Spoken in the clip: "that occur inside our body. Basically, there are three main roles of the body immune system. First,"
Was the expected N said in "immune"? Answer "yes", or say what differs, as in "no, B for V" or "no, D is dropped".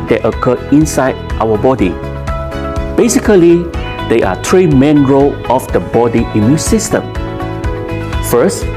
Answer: yes